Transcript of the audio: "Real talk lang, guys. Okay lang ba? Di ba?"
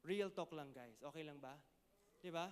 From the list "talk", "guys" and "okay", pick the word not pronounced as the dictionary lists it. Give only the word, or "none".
guys